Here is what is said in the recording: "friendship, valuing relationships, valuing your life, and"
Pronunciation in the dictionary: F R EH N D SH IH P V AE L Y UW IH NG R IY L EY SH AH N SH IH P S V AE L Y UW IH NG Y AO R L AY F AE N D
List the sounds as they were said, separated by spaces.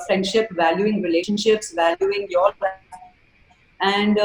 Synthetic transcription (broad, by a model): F R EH N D SH IH P V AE L Y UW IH NG R IY L EY SH AH N SH IH P S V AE L Y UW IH NG Y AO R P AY AE N D